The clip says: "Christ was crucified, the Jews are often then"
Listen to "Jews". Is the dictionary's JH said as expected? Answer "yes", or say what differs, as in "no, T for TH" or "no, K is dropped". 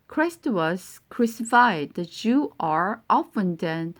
no, CH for JH